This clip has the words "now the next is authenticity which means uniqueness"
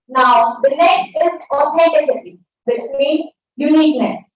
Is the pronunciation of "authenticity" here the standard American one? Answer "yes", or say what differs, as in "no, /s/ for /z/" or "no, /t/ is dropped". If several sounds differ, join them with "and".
no, /n/ is dropped